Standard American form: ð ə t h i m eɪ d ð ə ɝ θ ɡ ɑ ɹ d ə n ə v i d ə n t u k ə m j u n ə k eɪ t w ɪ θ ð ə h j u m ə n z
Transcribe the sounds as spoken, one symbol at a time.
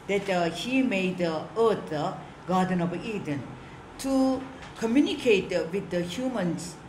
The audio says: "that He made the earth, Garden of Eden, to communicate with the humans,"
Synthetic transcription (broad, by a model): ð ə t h i m eɪ d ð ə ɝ t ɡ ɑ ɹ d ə n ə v i d ə n t u k ə m j u n ə k eɪ t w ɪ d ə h j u m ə n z